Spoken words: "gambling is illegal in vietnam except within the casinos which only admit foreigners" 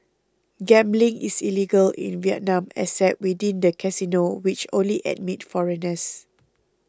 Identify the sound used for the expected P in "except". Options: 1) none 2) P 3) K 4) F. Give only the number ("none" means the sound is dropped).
1